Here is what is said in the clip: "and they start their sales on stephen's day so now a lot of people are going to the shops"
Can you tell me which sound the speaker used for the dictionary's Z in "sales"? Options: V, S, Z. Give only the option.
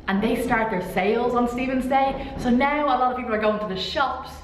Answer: Z